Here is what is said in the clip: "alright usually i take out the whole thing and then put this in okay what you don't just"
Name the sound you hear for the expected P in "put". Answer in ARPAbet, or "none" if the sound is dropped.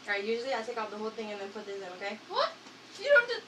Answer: P